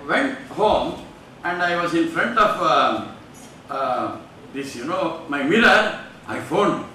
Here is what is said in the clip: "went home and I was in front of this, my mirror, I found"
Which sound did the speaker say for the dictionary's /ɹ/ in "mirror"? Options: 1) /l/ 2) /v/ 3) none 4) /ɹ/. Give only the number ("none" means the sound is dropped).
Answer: 1